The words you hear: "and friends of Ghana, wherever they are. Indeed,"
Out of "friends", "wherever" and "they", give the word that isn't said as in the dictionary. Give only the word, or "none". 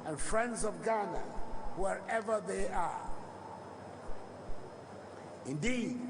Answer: none